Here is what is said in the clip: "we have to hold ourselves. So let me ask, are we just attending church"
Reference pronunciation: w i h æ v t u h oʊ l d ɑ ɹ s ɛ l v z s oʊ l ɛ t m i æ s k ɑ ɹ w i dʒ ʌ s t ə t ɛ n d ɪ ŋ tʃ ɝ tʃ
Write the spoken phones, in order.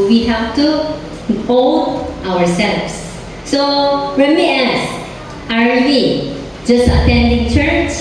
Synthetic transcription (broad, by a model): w i h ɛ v t u h oʊ l d ɑ ɹ s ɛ l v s s oʊ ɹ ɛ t m i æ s ɑ ɹ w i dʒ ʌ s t ə t ɛ n d ɪ ŋ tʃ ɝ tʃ